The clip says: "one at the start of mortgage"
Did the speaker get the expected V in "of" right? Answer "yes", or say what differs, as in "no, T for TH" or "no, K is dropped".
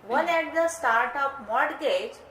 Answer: no, P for V